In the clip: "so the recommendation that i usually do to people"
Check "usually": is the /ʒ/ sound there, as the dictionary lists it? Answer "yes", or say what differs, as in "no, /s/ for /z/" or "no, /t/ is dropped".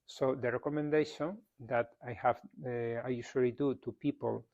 no, /ʃ/ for /ʒ/